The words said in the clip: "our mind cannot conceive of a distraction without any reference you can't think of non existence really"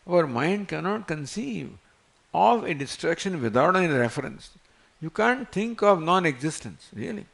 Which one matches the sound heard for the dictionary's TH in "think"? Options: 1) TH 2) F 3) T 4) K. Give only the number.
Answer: 3